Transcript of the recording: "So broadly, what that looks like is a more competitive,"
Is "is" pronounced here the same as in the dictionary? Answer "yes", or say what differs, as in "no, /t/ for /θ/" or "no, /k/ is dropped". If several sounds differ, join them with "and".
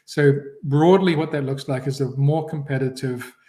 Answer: yes